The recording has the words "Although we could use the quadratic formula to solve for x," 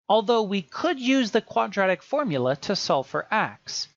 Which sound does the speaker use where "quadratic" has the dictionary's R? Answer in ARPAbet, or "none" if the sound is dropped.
R